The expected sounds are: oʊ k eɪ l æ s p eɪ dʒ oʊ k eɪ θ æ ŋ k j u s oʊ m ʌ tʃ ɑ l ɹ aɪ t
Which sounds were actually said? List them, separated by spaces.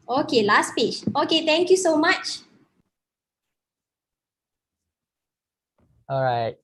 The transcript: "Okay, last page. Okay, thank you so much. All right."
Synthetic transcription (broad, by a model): oʊ k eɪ l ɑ s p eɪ tʃ oʊ k eɪ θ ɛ ŋ k j u s oʊ m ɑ tʃ ɑ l ɹ aɪ t